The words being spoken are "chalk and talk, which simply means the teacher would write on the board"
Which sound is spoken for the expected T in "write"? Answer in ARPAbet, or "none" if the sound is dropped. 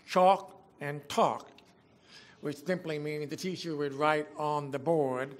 T